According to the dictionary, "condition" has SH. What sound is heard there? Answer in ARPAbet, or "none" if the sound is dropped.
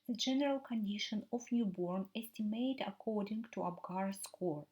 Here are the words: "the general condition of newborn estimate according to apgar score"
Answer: SH